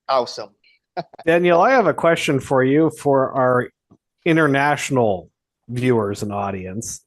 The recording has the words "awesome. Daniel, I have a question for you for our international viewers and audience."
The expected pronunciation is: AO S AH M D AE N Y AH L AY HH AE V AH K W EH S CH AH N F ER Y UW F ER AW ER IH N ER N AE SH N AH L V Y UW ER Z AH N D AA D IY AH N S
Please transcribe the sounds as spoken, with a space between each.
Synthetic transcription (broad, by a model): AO S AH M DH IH N Y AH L AY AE V AH K W EH S CH AH N F ER Y UW F ER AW ER IH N ER N AE SH N L V Y UW ER Z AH N AA D IY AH N S